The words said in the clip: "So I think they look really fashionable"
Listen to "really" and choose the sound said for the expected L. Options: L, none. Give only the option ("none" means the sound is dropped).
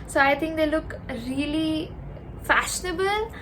L